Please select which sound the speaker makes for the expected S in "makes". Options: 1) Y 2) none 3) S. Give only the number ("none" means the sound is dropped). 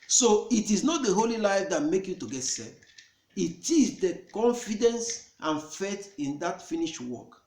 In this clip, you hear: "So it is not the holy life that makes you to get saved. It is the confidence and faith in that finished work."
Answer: 2